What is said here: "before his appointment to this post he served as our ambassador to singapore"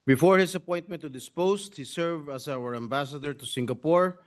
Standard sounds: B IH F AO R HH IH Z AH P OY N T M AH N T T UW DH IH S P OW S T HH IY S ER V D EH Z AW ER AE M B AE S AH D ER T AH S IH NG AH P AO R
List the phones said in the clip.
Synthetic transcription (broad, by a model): B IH F AO R HH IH S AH P OY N T M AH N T T UW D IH S P OW S T HH IY S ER V AA S AW ER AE M B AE S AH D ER T AH S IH NG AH P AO R